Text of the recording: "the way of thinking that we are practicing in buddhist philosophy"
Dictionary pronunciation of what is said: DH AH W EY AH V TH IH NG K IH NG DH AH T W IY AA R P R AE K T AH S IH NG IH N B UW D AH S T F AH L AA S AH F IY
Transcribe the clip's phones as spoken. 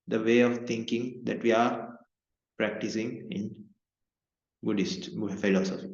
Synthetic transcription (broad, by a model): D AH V EY AH V T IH NG K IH NG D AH T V IY AA R P R AE K T AH S IH NG IH N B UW D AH S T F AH L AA S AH F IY